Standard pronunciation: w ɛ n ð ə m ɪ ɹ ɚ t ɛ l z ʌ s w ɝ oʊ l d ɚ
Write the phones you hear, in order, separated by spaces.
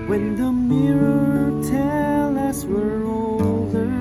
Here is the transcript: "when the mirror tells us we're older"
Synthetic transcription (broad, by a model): w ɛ n ð ə m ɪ ɹ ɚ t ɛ l ʌ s w ɝ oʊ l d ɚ